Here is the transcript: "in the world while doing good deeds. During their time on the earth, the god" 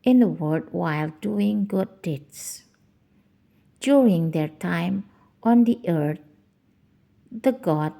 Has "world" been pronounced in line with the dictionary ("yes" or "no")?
no